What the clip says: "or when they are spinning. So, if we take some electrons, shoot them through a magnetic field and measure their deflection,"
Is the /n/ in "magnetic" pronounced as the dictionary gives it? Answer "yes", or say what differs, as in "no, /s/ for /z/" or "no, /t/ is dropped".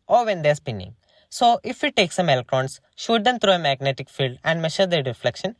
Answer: yes